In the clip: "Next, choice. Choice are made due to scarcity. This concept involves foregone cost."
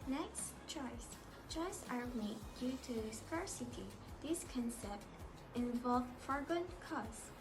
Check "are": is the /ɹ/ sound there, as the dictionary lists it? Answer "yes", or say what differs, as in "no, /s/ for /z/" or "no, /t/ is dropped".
no, /l/ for /ɹ/